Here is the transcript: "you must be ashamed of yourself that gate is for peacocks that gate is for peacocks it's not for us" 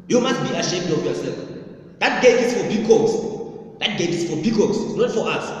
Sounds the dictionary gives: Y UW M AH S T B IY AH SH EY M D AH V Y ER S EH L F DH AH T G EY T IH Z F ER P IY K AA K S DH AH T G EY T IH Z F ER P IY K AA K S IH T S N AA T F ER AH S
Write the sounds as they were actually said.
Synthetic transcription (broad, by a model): Y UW M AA S T B IY AH SH EY M D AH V Y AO S EH L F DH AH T G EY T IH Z F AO B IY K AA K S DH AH T G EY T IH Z F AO B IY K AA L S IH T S N AA T F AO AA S